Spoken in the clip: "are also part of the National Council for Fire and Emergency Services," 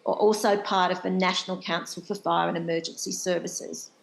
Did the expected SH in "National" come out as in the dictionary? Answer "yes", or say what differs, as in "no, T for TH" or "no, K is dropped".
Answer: yes